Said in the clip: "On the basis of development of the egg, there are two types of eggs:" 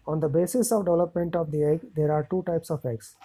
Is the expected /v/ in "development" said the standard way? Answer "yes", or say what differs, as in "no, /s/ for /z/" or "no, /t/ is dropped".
yes